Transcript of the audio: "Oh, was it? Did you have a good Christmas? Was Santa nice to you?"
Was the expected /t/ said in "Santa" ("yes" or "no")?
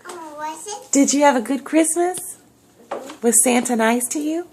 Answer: yes